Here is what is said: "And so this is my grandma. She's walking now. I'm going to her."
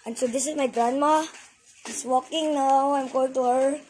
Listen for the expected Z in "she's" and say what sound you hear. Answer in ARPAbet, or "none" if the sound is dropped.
S